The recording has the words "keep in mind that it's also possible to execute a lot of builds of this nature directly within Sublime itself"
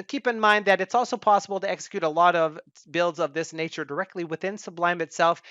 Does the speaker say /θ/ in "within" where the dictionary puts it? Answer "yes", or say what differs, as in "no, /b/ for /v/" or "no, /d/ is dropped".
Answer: yes